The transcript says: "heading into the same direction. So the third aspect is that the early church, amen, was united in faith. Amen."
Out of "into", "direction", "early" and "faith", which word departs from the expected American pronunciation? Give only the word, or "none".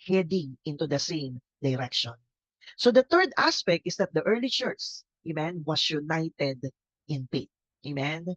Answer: faith